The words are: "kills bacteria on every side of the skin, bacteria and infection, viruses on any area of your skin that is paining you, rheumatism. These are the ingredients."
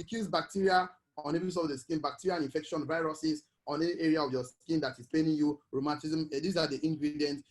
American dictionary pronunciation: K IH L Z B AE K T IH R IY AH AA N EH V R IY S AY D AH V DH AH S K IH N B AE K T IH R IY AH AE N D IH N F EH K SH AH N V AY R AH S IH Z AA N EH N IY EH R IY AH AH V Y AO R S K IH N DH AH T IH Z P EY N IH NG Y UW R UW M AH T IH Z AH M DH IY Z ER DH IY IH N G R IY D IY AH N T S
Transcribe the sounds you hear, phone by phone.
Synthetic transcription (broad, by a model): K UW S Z B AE K T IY R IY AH AA N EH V IY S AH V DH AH S K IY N B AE K T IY R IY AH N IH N F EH K SH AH N V AY R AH S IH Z AA N EH N IY EH R IY AH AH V Y AO S K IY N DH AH T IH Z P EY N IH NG Y UW R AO M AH T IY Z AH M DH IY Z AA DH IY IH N G R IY D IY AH N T